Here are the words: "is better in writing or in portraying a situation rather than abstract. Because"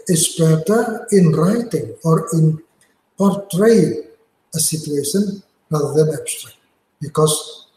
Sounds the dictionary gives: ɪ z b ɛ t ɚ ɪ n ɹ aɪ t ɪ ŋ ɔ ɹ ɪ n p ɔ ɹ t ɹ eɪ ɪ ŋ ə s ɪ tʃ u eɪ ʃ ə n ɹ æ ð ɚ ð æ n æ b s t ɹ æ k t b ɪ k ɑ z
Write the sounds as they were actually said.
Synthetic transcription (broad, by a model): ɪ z b ɛ t ɚ ɪ n ɹ aɪ t ɪ ŋ ɔ ɹ ɪ n p ɔ ɹ t ɹ eɪ ɪ ŋ ə s ɪ tʃ u eɪ ʃ ə n ɹ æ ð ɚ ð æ n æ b s t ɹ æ k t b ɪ k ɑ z